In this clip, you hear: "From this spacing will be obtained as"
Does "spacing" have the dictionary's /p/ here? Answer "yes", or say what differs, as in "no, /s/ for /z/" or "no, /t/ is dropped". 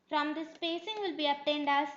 yes